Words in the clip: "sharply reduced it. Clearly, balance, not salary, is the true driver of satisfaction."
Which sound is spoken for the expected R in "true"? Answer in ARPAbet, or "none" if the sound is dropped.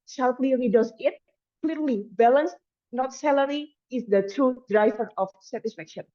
none